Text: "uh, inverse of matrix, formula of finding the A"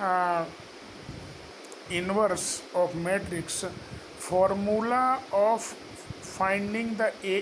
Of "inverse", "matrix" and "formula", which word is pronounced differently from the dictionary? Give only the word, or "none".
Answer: none